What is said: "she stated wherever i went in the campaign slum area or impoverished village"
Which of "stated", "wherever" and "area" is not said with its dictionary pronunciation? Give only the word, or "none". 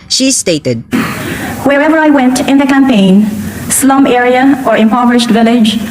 none